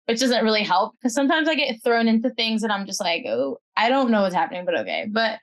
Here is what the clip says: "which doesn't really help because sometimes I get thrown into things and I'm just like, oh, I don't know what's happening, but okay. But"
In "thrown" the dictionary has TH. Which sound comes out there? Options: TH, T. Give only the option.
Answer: TH